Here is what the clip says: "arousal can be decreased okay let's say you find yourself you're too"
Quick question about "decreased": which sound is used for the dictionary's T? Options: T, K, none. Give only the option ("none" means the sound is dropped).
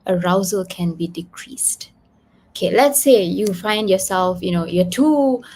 T